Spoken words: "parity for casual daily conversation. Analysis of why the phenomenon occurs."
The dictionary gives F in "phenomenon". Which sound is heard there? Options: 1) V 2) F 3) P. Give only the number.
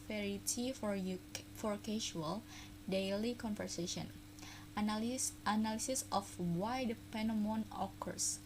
3